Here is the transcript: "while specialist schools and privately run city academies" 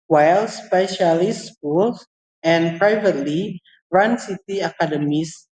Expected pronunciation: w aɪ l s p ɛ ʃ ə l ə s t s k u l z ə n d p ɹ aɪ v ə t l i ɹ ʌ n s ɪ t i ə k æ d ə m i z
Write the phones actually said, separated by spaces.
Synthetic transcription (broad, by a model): w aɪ l s p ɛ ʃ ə l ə s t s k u l s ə n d p ɹ aɪ v ə t l i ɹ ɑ n s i t i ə k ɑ d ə m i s